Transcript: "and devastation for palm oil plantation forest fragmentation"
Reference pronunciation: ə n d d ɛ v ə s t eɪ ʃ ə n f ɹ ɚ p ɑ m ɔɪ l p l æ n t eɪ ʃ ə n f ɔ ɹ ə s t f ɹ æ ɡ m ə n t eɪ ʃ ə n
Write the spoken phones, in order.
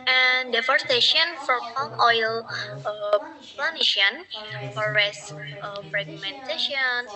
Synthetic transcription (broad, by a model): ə n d d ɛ f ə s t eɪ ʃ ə n f ɹ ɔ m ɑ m ɔɪ l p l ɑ n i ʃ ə n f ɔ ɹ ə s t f ɹ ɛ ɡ m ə n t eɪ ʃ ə n